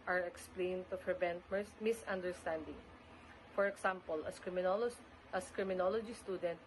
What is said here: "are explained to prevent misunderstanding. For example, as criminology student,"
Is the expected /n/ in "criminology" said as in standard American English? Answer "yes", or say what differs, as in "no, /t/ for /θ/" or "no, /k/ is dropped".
yes